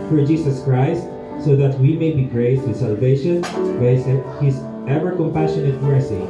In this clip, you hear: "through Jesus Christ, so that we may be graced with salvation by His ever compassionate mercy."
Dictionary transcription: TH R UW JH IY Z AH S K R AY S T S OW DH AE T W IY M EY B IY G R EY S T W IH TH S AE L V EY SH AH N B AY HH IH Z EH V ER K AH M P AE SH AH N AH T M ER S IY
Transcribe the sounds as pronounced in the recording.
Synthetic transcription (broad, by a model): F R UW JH IY S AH S K R AY S T S OW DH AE T W IY M EY B IY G R EY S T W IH S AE L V EY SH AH N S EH HH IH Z EH V ER K AH M P AE SH AH N AH T M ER S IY